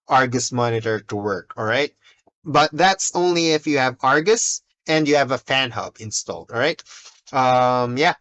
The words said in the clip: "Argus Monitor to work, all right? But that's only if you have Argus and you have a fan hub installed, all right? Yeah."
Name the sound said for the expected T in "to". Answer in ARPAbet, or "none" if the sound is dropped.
T